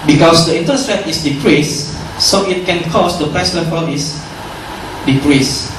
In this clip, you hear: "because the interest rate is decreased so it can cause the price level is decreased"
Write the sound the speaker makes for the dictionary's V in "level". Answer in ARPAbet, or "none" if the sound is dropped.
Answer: P